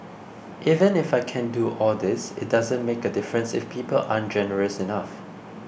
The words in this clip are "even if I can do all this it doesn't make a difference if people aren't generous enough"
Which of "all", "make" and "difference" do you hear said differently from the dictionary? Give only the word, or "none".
none